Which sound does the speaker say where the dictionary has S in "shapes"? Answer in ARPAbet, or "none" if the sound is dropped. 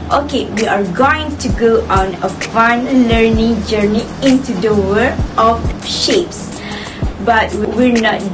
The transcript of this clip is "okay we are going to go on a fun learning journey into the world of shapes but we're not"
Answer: S